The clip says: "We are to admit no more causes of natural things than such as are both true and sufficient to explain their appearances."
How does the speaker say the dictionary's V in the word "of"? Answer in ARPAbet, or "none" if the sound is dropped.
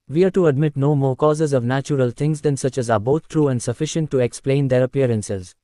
V